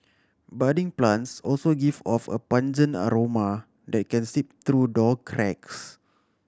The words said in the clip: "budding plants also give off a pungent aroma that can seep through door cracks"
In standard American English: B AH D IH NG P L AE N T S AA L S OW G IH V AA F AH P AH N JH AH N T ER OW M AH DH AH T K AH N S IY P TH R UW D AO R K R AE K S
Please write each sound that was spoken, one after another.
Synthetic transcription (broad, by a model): B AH D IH NG P L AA N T S AA L S OW G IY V AA F AH P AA N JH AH N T OW M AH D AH T K AH N S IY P T R UW D AO L K R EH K S